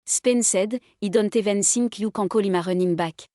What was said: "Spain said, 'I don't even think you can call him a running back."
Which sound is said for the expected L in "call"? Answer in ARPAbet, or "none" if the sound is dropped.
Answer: L